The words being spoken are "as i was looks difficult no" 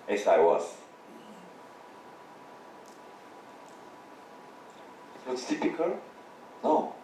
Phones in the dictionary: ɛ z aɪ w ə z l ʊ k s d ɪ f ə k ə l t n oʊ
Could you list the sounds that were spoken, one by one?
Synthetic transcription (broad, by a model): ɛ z aɪ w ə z w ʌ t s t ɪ p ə k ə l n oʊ